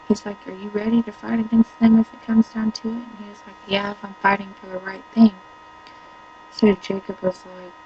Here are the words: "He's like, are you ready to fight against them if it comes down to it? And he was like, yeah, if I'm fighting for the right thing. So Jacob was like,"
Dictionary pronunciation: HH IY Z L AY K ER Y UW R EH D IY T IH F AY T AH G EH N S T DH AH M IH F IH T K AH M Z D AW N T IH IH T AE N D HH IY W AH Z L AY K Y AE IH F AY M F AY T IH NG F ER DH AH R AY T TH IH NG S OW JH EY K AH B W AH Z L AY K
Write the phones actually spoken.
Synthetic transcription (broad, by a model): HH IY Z L AY K ER Y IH R EH D IY T IH F AY T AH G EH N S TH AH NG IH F IH T K AH M Z D AW N T IH IH T N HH IY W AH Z L AY K Y AE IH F AY M F AY T IH NG F ER DH AH R AY T TH IH NG S OW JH EY K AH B W AH Z L AY K